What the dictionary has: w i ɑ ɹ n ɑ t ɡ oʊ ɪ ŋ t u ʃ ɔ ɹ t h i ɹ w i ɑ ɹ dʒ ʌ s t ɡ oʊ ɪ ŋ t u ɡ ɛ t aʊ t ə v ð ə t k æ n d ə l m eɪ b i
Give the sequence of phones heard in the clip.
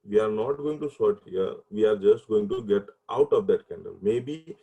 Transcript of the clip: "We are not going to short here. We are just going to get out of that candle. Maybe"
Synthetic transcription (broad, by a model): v i ɑ ɹ n ɑ t ɡ oʊ ɪ ŋ t u s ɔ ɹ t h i ɹ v i ɑ ɹ dʒ ʌ s t ɡ oʊ ɪ ŋ t u ɡ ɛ t aʊ t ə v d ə t k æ n d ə l m eɪ b i